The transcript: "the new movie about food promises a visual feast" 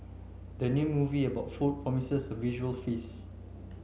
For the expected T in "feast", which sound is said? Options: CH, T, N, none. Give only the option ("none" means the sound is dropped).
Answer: none